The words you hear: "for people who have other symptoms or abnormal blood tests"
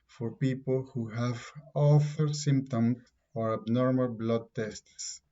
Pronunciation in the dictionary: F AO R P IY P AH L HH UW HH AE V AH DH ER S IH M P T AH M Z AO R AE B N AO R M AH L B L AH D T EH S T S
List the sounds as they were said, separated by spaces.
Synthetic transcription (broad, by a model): F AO R P IY P AH L HH UW HH AE V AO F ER S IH M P T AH M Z AO R AE B N AO R M AH L B L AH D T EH S T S